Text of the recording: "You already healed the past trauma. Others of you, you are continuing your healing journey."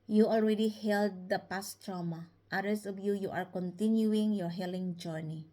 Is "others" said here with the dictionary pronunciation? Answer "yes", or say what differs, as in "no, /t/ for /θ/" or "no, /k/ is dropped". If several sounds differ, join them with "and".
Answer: no, /s/ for /z/